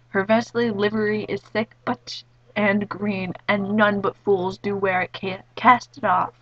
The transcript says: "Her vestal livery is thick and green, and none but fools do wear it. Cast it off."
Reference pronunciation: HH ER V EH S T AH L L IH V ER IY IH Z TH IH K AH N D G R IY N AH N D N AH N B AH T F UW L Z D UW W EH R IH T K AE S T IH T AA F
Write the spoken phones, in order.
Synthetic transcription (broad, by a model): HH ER V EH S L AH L L IH V ER IY IH Z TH IH K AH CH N G R IY N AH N N AH N B AH T F UW L Z D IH W EH R IH T K AE S T IH T AA F